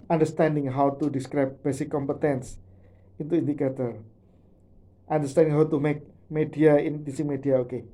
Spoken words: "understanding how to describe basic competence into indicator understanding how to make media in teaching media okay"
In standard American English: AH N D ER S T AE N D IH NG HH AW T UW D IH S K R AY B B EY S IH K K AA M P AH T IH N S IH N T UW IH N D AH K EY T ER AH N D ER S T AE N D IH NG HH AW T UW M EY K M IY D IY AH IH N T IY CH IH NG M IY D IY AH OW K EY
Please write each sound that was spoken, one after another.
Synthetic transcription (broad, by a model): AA N D ER S T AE N D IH NG HH AW T UW D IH S K R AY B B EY S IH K K AA M P AH T IH N S IH N T UW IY N D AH K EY T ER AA N D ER S T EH N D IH NG HH AW T UW M EY K M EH D IY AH IH N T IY S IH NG M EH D IY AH OW K EY